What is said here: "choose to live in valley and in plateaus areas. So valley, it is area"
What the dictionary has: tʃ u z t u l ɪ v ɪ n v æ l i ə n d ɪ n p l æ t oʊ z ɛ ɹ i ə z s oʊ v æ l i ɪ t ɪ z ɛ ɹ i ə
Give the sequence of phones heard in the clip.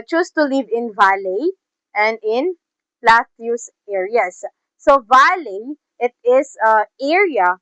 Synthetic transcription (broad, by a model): tʃ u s t u l ɪ v ɪ n v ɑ l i ə n d ɪ n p l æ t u s ɛ ɹ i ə s oʊ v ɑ l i ɪ t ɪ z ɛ ɹ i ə